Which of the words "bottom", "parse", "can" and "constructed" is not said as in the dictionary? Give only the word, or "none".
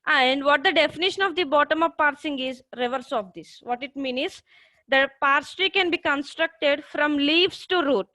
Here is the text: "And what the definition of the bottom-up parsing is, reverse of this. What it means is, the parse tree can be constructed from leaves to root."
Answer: none